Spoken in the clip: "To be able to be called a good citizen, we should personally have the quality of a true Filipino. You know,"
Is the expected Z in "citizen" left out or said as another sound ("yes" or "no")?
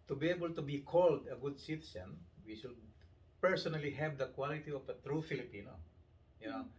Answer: yes